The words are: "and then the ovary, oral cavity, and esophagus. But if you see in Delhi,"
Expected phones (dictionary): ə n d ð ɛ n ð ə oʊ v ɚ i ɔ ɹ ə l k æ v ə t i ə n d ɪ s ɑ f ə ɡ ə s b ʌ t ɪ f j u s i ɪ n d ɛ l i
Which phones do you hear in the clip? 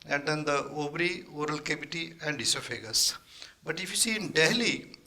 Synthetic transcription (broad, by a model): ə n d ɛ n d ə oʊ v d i ɔ ɹ ə l k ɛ b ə t i ə n d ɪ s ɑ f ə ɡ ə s b ʌ t ɪ f j u s i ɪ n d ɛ l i